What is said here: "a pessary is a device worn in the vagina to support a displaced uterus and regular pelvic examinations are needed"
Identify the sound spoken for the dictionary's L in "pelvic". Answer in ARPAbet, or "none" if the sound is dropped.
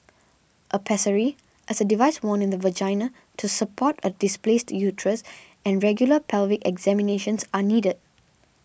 L